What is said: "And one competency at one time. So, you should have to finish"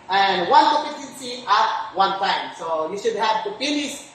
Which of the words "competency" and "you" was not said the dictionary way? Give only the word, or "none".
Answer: competency